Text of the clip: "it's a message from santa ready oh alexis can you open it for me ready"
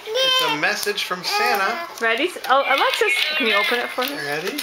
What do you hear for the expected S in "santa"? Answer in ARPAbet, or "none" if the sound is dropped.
S